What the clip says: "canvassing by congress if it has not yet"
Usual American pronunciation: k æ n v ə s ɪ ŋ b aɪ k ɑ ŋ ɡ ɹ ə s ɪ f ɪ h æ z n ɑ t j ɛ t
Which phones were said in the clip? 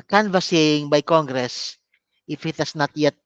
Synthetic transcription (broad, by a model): k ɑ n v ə s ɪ ŋ b aɪ k ɑ ŋ ɡ ɹ ə s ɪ f ɪ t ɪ s n ɑ t j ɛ t